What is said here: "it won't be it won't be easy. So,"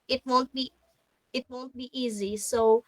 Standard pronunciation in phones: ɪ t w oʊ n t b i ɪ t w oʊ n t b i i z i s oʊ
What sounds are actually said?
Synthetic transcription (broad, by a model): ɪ t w oʊ n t b i ɪ t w oʊ n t b i i z i s oʊ